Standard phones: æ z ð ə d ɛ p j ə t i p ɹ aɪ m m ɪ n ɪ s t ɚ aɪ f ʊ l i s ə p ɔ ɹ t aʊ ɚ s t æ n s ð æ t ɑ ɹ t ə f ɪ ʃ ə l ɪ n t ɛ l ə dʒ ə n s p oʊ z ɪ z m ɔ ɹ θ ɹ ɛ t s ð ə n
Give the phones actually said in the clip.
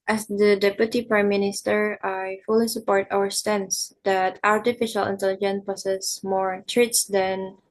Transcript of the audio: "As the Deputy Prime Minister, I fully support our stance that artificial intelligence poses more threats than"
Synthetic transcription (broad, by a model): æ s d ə d ɛ p j ə t i p ɹ aɪ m m ɪ n ɪ s t ɚ aɪ f ʊ l i s ə p ɔ ɹ t aʊ ɚ s t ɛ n s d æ t ɑ ɹ t ə f ɪ ʃ ə l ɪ n t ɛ l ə dʒ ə n p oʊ s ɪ s m ɔ ɹ t ɹ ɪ t s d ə n